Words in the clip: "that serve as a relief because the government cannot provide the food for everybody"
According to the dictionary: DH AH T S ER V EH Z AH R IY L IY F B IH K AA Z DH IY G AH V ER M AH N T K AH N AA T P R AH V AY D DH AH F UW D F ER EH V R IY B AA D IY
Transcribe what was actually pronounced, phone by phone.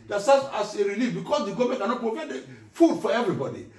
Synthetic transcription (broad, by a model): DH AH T S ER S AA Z AH R IY L IY F B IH K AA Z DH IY G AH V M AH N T K AH N AA T P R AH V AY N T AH F UW D F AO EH V R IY B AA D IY